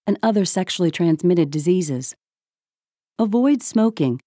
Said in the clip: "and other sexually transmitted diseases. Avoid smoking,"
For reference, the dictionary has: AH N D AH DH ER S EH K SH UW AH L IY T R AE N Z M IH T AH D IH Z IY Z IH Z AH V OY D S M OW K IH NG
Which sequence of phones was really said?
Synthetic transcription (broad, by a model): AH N AH DH ER S EH K SH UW L IY T R AE N Z M IH T AH D IH Z IY Z IH Z AH V OY D S M OW K IH NG